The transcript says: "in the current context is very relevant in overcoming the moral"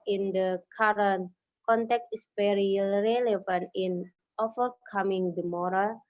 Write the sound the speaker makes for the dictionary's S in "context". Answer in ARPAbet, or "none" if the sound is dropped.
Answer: none